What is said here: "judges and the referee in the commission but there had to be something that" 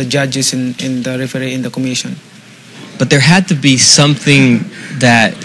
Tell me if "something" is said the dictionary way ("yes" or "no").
yes